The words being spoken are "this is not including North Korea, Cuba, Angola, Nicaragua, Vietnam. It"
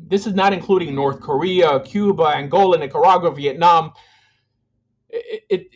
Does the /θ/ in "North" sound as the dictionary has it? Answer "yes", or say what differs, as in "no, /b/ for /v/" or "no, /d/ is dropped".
yes